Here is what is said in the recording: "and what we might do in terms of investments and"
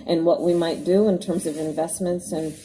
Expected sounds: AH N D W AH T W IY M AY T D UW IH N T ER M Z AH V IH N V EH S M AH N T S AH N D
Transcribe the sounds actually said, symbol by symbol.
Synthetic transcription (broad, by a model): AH N W AH T W IY M AY T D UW IH N T ER M Z AH V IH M V EH S M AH N T S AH N